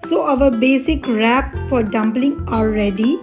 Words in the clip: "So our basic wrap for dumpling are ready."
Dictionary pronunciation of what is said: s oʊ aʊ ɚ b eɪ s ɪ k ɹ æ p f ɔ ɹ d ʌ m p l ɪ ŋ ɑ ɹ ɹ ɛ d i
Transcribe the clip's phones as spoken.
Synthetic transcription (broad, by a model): s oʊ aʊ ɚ b eɪ s ɪ k ɹ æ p f ɔ ɹ d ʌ m b l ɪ ŋ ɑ l ɹ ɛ d i